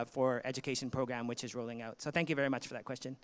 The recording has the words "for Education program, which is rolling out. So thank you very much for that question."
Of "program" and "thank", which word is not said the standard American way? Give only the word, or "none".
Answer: none